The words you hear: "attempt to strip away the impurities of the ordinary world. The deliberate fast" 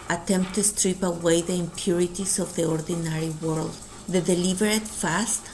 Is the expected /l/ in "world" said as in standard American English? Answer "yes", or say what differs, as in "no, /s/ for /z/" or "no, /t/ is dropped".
yes